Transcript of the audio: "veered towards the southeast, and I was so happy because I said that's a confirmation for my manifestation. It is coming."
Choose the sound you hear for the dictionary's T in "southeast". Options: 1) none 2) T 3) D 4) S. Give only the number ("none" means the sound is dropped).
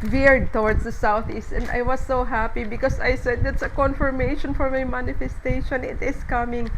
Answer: 2